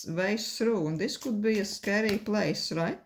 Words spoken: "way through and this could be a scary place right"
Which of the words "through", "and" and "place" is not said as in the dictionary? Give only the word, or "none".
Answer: through